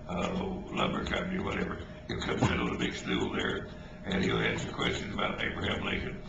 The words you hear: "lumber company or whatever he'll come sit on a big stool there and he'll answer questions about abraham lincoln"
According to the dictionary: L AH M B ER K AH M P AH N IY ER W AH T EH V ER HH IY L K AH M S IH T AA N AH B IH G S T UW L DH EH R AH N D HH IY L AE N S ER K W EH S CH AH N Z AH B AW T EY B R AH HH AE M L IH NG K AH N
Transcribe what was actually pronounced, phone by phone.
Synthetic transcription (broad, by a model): L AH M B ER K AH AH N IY ER W AH T EH V ER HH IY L K AH M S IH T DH AH B IH G S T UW L DH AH R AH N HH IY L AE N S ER K W EH S CH AH N Z AH B AW T EY B R AH HH AE M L IH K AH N